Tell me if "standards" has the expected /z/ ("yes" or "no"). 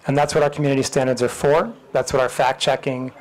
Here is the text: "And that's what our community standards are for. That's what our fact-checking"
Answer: yes